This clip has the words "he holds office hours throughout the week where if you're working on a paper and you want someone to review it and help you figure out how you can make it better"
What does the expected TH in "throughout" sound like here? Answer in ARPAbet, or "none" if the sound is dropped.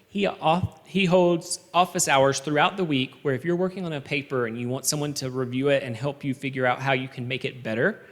TH